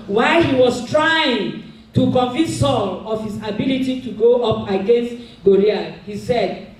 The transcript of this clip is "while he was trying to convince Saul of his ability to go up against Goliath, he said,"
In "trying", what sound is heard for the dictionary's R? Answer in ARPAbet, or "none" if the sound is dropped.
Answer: R